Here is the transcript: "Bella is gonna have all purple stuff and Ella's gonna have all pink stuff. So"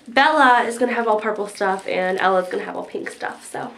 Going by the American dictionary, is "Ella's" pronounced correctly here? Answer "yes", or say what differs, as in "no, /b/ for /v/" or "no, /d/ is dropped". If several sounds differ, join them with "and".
yes